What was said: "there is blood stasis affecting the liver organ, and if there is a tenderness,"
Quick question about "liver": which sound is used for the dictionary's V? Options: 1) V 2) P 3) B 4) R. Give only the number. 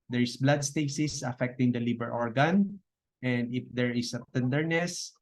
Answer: 3